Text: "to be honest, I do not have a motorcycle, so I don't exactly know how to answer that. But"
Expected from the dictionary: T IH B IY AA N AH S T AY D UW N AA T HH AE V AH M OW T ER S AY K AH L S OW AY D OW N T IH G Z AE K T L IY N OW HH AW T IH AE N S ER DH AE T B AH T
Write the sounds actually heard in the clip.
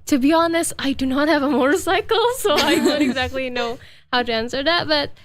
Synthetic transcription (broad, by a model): T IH B IY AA N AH S AY D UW N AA T HH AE V AH M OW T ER S AY K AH L S OW AY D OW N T IH G Z AE K T L IY N OW HH AW T IH AE N S ER DH AE T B AH T